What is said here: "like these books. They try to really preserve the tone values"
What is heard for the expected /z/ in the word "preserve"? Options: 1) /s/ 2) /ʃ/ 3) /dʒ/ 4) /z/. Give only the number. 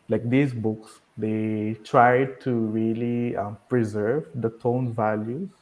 4